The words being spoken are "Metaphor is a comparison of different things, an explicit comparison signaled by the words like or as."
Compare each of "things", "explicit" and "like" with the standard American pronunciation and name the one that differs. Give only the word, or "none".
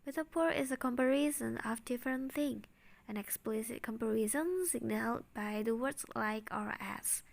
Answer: things